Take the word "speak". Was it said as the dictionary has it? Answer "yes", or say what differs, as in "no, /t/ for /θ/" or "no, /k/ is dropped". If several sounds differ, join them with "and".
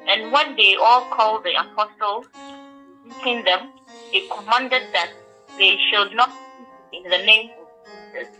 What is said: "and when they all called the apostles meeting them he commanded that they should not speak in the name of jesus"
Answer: no, /k/ is dropped